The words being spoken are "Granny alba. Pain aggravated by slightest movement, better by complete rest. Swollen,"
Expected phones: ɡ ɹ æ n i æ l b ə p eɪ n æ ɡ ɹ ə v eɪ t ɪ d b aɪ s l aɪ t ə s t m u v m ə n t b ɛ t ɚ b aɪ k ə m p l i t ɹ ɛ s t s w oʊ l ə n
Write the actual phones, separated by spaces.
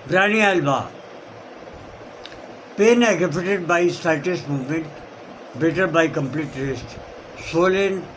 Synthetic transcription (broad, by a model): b ɹ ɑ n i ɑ l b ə p eɪ n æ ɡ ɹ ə p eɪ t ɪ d b aɪ s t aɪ t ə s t m u v m ə n t b ɛ t ɚ b aɪ k ə m p l i t ɹ ɛ s t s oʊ l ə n